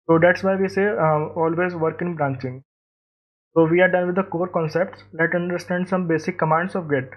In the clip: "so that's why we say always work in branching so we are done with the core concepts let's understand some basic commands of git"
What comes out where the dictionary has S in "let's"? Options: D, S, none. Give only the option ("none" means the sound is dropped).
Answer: none